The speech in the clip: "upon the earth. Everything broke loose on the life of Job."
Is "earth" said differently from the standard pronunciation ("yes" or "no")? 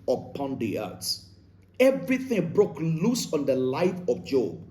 yes